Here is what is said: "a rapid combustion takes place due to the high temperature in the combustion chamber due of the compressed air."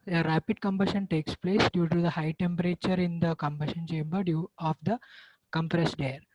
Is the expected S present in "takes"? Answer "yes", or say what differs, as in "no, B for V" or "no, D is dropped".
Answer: yes